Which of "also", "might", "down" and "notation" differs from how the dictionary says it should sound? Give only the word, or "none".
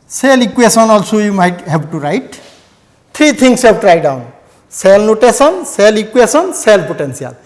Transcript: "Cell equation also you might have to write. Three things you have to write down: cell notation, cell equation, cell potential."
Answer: notation